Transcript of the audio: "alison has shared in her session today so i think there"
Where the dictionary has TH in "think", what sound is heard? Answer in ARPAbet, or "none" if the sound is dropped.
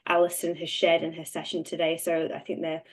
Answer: TH